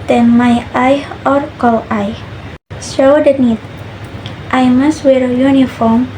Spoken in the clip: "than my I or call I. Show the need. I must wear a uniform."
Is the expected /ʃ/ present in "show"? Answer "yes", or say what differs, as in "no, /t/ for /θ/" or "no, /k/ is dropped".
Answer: no, /s/ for /ʃ/